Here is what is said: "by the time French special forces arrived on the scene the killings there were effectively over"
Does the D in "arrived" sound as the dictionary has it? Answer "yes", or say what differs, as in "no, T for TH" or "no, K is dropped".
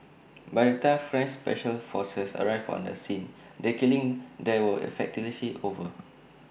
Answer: no, D is dropped